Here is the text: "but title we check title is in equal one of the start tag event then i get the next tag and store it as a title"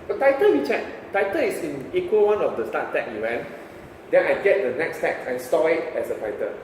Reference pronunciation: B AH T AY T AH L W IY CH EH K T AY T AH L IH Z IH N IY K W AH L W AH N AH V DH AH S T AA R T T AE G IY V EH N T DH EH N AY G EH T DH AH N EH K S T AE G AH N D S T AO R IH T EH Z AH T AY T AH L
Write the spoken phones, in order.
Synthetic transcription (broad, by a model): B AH T AY T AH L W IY CH EH K T AY T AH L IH S IH N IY K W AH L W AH N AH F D AH S T AA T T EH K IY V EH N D EH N AY G EH T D AH N EH K S T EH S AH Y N S T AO IH T EH S AH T AY T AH